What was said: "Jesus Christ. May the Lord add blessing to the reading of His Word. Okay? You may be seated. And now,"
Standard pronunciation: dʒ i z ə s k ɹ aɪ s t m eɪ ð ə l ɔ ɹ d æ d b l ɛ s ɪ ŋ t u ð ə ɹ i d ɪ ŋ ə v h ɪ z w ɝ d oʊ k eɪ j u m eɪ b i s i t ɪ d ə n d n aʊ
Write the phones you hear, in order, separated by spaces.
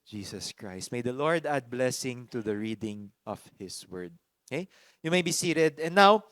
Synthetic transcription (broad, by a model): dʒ i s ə s k ɹ aɪ s t m eɪ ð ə l ɔ ɹ d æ d b l ɛ s ɪ ŋ t u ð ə ɹ i d ɪ ŋ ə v h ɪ s w ɝ d oʊ k eɪ j u m eɪ b i s i t ɪ d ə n n aʊ